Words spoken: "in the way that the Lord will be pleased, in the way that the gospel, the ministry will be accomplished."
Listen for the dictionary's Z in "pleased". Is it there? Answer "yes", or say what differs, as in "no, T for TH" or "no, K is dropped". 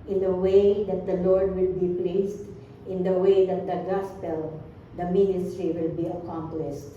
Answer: no, S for Z